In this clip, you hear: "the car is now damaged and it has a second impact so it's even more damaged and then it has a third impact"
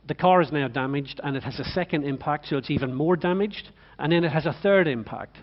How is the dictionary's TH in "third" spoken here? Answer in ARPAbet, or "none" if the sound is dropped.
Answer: TH